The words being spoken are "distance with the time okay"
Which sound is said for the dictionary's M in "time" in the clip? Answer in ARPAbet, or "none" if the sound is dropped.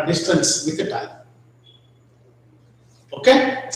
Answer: none